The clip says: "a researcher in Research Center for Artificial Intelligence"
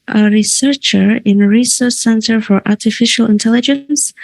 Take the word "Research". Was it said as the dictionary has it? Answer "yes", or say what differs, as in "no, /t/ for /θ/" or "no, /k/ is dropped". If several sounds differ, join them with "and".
no, /s/ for /tʃ/